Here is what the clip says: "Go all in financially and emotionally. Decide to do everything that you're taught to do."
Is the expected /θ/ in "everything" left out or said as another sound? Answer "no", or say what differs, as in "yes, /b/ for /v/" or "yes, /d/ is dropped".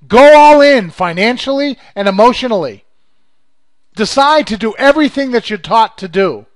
no